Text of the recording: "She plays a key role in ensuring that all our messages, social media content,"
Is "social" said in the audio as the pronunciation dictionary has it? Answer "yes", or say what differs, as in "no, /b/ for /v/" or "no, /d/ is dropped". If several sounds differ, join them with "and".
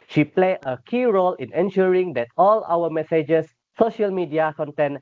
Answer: yes